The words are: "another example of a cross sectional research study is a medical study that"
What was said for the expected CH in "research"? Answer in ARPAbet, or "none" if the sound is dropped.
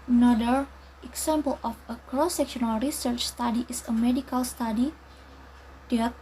CH